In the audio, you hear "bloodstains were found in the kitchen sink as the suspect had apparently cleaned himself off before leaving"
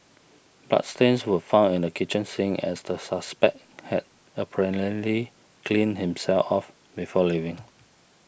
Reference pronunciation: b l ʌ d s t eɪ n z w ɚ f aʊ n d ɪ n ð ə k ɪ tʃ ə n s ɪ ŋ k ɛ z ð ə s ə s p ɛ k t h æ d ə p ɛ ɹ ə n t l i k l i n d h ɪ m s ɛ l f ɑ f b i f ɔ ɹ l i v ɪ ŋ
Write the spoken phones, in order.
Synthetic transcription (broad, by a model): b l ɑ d s t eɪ n s w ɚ f aʊ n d ɪ n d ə k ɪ tʃ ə n s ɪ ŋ ɛ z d ə s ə s p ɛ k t h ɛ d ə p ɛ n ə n l i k l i n h ɪ m s ɛ l f ɑ f b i f ɔ l i v ɪ ŋ